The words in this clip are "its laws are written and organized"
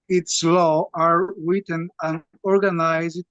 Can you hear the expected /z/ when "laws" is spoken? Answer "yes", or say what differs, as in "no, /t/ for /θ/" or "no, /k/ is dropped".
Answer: no, /z/ is dropped